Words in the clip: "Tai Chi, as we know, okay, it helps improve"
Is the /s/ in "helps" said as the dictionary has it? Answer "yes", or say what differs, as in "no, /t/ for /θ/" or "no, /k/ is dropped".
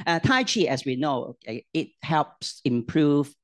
yes